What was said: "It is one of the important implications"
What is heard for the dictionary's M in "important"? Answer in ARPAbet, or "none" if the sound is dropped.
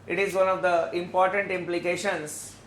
M